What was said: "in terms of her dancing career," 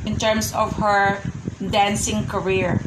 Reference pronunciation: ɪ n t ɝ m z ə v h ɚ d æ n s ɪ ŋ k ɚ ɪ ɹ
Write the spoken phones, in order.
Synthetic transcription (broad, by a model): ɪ n t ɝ m s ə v h ɚ d æ n s ɪ ŋ k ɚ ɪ ɹ